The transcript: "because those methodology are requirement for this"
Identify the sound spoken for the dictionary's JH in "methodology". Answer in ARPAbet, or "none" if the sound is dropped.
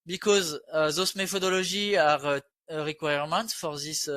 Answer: ZH